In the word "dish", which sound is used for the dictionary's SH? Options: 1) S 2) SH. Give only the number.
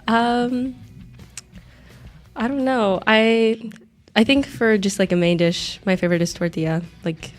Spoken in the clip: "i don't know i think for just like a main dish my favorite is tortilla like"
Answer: 2